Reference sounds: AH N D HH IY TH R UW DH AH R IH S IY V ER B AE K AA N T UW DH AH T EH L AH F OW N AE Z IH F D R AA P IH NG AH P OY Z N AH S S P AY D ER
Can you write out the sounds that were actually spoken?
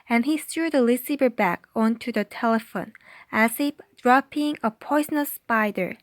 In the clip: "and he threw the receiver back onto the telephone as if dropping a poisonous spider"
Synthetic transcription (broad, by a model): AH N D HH IY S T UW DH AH L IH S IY B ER B AE K AA N T UW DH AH T EH L AH F OW N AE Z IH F D R AA P IH NG AH P OY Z N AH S S P AY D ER